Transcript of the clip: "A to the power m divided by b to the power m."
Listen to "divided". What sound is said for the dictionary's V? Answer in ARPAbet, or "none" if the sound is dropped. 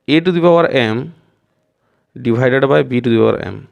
B